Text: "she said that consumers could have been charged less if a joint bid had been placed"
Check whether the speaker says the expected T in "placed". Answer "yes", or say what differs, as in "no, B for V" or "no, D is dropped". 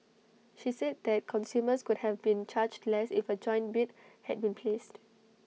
yes